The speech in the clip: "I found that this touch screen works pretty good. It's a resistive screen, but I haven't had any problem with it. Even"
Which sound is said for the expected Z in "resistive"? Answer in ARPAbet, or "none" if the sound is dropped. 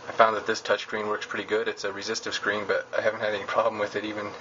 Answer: Z